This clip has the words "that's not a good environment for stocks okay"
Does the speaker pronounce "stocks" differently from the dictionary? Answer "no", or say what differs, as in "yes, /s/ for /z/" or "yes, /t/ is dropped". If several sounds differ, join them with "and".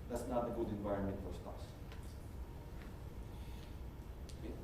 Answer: yes, /k/ is dropped